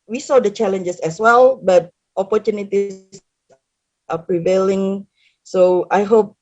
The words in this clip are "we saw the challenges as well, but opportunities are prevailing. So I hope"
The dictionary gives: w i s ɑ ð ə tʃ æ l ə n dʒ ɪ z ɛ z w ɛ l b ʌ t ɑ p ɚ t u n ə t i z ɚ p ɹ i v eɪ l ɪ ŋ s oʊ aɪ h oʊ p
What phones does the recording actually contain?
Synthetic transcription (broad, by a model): w i s ɑ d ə tʃ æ l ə n dʒ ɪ s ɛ s w ɛ l b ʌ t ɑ p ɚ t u n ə t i s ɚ p ɹ i v eɪ l ɪ ŋ s oʊ aɪ h oʊ p